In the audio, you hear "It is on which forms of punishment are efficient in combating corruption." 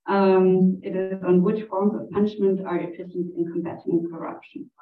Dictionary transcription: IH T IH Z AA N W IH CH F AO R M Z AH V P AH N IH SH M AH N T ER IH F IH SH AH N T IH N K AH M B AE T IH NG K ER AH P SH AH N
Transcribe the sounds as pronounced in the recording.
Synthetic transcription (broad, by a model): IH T IH Z N W IH CH F AO R M Z AH V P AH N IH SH M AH N T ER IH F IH S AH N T IH N K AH M B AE T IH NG K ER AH P SH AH N